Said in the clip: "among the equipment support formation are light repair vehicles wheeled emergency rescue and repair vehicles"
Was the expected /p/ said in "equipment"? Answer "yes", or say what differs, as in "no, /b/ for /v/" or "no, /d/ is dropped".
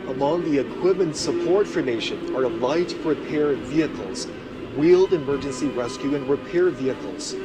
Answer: no, /p/ is dropped